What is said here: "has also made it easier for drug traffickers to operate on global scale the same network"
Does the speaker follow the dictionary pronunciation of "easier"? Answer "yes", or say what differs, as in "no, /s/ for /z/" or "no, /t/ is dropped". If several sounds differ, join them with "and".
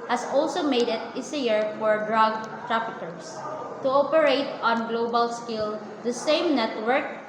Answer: no, /s/ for /z/